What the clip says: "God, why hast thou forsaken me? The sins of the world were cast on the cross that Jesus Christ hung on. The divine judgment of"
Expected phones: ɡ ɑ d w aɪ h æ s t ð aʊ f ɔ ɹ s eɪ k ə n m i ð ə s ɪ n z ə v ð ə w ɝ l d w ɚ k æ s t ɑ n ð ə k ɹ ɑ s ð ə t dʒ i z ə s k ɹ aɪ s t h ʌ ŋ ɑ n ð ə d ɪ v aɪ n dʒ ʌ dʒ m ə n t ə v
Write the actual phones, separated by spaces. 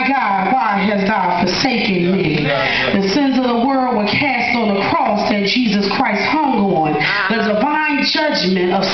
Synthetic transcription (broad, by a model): ɡ ɑ d w aɪ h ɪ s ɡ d f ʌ ɹ s eɪ k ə n m i ð ə s ɪ n z ə v ð ə w ɝ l d w ɚ k æ s t n ð ə k ɹ ɑ s ð ə t dʒ i z ə s k ɹ aɪ s t h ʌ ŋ ɑ n ð ə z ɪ v aɪ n dʒ ʌ dʒ m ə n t ə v